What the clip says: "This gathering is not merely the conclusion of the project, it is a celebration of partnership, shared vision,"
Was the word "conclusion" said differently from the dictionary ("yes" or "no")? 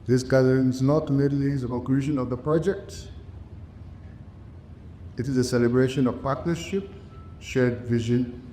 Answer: yes